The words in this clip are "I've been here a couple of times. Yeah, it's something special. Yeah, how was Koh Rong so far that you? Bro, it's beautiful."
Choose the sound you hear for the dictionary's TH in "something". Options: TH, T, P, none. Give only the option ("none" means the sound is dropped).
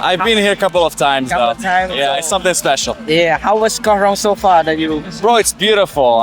TH